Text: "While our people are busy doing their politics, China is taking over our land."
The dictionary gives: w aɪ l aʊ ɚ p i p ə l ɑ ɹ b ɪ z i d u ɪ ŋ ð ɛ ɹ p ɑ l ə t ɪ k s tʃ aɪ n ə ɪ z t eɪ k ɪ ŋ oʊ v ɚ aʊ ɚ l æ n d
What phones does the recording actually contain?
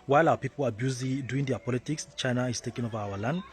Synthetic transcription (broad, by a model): w aɪ l aʊ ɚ p i p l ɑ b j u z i d u ɪ ŋ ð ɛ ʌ p ɑ l ə t ɪ k s tʃ aɪ n ə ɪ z t eɪ k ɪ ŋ oʊ v ɚ aʊ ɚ l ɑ n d